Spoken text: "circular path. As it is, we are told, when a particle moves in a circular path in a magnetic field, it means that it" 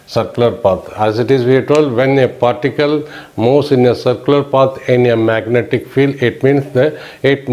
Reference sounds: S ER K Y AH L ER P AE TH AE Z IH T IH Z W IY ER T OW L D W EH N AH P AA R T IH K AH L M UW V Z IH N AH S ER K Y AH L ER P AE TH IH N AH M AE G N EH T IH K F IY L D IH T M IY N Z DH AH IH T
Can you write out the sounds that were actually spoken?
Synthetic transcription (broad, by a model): S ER K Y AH L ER P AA T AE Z IH T IH Z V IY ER T OW L D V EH N AH P AA R T IH K AH L M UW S IH N AH S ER K Y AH L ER P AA T IH N AH M AE G N EH T IH K F IY L D IH T M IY N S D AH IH T